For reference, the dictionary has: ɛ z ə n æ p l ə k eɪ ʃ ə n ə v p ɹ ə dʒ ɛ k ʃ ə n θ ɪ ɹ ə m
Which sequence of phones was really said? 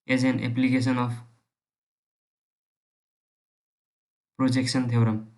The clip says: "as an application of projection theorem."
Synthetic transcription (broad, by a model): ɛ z ə n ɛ p l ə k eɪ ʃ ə n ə p p ɹ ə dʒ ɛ k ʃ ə n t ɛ ɹ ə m